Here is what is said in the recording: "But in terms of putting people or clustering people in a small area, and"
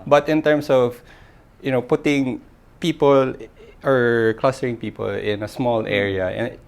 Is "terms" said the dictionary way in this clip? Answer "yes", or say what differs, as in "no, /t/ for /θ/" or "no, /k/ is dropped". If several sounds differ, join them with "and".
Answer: no, /s/ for /z/